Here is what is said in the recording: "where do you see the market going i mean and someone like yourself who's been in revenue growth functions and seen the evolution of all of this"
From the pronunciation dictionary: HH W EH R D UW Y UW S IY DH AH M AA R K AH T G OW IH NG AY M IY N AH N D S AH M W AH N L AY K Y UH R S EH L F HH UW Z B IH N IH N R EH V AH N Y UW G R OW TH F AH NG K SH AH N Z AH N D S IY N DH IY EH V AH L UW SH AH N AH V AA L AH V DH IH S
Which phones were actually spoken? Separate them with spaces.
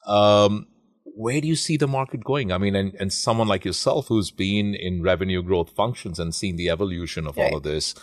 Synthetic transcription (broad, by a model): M W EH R D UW Y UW S IY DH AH M AA R K AH T G OW IH NG AY M IY N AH N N S AH M W AH N L AY K Y UH R S EH L F HH UW Z B IH N IH N R EH V AH N Y UW G R OW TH F AH NG K SH AH N Z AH N S IY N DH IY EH V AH L UW SH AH N AH V AA L AH V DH IH S